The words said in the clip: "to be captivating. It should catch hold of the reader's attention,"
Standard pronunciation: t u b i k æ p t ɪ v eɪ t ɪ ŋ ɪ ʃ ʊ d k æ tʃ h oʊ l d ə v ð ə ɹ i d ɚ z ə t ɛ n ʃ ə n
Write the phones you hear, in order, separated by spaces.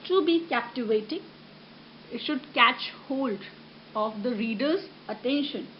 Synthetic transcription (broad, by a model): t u b i k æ p t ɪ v eɪ t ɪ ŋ ɪ ʃ ʊ d k æ tʃ h oʊ l d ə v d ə ɹ i d ɚ z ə t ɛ n ʃ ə n